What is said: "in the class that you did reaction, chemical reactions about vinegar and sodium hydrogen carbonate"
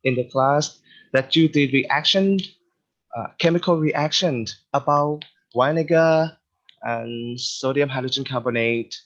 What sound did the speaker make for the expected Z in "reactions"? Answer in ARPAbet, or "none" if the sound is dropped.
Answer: none